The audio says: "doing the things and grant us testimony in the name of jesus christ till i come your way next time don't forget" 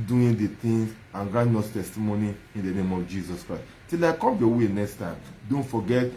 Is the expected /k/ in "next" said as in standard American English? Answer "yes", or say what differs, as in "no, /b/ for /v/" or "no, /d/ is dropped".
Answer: yes